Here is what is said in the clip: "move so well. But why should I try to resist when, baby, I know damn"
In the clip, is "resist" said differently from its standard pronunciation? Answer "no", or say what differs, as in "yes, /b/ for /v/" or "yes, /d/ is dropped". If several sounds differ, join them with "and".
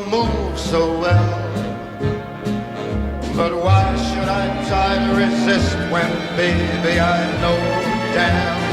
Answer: no